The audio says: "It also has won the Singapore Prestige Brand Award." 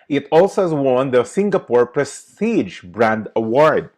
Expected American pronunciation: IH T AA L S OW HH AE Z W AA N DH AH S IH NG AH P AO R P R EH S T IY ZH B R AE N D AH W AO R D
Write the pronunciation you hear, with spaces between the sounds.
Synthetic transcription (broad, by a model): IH T AA L S OW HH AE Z W AA N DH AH S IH NG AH P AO R P R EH S T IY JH B R AE N D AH W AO R D